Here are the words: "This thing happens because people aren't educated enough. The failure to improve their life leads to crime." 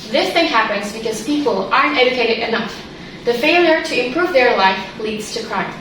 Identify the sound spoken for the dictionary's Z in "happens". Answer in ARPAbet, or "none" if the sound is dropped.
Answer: Z